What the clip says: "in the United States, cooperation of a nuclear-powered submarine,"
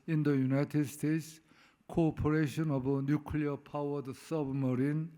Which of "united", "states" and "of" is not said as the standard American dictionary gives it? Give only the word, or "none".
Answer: of